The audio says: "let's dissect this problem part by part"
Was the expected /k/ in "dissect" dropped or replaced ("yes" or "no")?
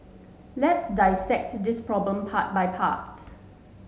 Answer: no